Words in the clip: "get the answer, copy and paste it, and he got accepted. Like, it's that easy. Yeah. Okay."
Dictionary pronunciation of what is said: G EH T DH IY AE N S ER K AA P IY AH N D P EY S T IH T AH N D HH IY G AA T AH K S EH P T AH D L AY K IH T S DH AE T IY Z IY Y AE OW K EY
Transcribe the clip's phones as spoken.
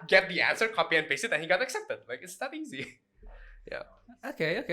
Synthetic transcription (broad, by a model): G EH T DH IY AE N S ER K AA P IY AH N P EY S IH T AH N HH IY G AA T AH K S EH P T AH D L AY K IH T S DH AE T IY Z IY Y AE OW K EY